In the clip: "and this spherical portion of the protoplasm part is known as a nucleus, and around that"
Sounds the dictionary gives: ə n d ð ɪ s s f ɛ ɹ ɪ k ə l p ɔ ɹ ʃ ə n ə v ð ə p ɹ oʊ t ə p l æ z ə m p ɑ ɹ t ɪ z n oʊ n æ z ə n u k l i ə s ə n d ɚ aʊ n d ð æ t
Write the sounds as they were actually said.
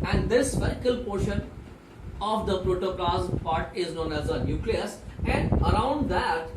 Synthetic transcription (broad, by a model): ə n d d ɪ s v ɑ ɪ k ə l p ɔ ɹ ʃ ə n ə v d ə p ɹ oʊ t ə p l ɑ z p ɑ ɹ t ɪ z n oʊ n æ z ə n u k l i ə s ə n d ɚ aʊ n d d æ t